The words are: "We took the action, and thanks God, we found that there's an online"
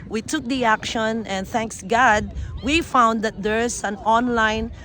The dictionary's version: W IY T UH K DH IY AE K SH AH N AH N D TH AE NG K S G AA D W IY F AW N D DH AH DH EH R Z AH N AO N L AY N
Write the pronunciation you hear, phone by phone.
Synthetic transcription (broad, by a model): W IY T UH K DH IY AE K SH AH N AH N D TH AE NG K S G AA D W IY F AW N D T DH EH R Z AH N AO N L AY N